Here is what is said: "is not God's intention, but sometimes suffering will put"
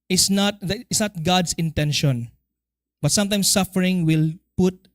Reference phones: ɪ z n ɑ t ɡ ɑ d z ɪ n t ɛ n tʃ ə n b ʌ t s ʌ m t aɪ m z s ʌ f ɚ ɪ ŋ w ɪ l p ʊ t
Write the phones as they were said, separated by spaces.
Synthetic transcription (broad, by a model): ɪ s n ɑ t ɡ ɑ d s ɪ n t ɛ n ʃ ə n b ʌ t s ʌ m t aɪ m s ʌ f ɚ ɪ ŋ w ɪ l p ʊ t